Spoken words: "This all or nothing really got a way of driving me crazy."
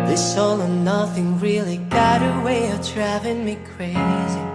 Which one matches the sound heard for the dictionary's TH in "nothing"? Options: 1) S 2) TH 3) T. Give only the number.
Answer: 2